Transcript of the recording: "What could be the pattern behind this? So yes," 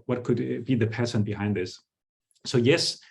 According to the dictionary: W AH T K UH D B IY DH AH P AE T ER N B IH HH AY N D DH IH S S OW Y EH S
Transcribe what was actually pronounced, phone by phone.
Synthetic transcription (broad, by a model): W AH T K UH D B IY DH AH P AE S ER N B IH HH AY N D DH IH S S OW Y EH S